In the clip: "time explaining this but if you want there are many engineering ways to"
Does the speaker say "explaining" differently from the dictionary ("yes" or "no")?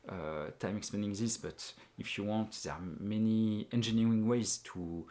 yes